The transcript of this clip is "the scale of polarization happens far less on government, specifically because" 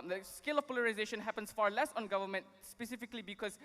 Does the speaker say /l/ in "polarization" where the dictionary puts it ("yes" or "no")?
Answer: yes